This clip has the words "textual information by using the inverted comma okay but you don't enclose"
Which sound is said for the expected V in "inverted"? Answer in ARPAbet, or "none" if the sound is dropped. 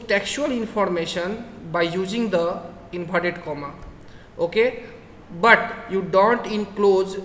B